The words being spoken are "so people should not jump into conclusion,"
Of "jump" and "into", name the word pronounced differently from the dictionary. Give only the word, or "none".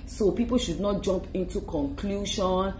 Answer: none